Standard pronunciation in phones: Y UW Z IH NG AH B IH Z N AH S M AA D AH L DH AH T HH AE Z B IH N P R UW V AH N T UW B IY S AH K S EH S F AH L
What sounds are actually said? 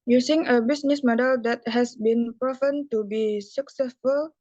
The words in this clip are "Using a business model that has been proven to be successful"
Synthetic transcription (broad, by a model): Y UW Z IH NG AH B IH S N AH S M AA D AH L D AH T HH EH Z B IH N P R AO F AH N T UW B IY S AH K S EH S F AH L